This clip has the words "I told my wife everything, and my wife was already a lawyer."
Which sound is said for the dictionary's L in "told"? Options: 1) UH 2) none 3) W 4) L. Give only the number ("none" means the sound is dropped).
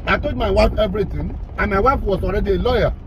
2